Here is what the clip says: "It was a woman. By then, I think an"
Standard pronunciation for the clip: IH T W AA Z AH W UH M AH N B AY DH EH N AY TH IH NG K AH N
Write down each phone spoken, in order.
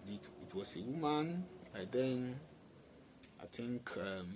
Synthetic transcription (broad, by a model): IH T W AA S AH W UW M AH N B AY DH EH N AY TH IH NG K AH